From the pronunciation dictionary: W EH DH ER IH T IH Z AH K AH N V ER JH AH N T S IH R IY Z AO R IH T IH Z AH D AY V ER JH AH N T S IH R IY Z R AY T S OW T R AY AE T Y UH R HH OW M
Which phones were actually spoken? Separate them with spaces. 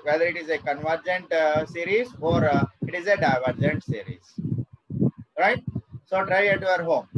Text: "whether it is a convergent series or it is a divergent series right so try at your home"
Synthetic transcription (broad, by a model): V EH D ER IH T IH Z AH K AH N V ER JH AH N T S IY R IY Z AO R IH T IH Z AH D AY V ER JH AH N T S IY R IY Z R AY T S OW T R AY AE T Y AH R HH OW M